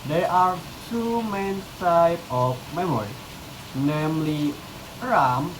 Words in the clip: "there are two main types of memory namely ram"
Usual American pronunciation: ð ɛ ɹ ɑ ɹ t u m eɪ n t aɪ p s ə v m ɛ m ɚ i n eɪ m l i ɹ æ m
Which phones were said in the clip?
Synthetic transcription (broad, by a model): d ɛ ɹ ɑ ɹ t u m eɪ n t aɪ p ə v m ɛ m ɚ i n eɪ m l i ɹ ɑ m